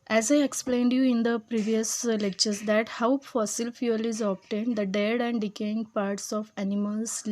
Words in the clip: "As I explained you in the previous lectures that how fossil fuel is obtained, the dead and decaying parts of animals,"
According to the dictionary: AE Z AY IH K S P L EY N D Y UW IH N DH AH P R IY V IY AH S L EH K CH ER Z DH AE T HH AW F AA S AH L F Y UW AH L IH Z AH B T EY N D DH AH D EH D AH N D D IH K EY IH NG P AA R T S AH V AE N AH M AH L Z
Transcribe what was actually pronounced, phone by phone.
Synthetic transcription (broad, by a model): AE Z AY IH K S P L EY N D Y UW IH N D AH P R IY V IY AH S L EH K CH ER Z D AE T HH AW F AA S AH L F Y UW AH L IH Z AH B T EY N D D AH D EH D AH N D D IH K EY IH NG P AA R T S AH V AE N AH M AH L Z